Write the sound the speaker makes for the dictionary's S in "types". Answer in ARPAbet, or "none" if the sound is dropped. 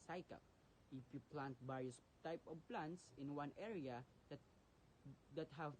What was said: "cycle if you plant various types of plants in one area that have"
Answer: none